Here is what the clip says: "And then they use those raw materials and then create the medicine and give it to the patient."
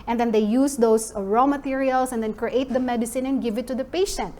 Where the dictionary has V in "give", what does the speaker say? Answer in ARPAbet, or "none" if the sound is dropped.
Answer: V